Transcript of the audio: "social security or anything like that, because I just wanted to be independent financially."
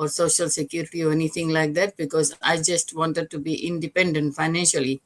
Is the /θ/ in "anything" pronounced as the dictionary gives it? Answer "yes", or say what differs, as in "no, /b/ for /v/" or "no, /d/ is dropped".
no, /t/ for /θ/